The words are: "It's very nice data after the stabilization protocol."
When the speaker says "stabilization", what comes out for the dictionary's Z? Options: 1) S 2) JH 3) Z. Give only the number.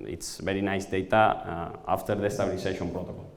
1